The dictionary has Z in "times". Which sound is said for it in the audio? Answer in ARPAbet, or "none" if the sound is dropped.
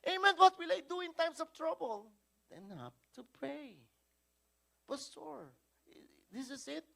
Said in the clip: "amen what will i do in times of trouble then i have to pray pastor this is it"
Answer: S